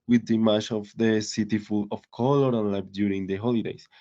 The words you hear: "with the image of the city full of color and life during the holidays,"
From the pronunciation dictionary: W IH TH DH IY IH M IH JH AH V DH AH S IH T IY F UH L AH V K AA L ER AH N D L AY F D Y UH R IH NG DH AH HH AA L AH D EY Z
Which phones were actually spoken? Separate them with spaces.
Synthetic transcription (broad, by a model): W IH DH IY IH M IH CH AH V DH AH S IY T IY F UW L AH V K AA L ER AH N L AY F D Y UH R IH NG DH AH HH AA L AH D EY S